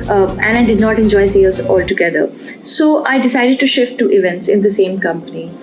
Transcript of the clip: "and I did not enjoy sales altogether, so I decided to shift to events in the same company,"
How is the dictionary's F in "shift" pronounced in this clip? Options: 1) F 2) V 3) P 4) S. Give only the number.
1